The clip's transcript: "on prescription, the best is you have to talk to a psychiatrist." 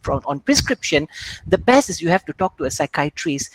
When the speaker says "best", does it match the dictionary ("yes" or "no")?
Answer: no